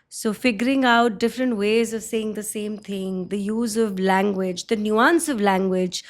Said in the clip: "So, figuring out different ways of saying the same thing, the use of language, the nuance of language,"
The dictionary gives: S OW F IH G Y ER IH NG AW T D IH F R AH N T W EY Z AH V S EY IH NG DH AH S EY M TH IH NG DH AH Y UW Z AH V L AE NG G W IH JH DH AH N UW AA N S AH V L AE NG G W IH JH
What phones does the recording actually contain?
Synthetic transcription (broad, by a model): S OW F IH G Y ER IH NG AW T D IH F R AH N T W EY Z AH V S EY IH NG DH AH S EY M T IH NG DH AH Y UW Z AH V L AE NG G W IH JH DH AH N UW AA N S AH V L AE NG G W IH JH